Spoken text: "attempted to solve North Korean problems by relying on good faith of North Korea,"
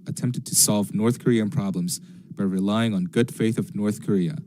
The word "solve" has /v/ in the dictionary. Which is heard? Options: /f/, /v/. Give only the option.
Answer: /v/